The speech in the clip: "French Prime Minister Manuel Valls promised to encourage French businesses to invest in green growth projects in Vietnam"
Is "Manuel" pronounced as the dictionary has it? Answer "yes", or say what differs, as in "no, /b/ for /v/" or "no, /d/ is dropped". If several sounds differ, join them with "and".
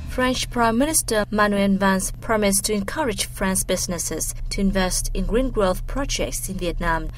no, /n/ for /l/